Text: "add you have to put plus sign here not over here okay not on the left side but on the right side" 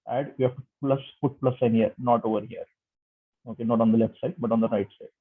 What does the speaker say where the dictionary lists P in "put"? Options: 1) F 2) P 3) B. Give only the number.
1